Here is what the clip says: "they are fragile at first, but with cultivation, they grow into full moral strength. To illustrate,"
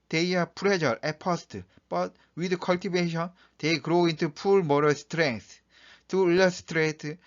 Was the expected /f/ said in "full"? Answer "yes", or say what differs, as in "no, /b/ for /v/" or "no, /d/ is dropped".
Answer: no, /p/ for /f/